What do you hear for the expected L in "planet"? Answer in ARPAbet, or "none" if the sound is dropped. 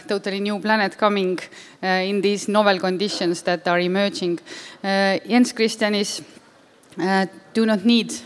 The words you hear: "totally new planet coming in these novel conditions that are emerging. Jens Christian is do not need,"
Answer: L